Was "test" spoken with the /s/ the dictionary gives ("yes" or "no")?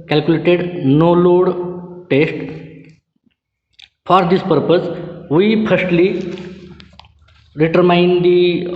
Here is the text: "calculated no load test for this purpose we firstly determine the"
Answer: yes